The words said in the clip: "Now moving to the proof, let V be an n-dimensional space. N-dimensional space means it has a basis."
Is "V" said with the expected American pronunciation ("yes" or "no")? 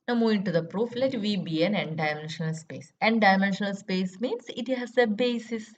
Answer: yes